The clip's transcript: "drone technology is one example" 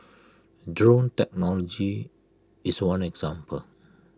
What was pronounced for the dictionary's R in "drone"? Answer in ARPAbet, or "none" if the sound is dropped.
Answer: R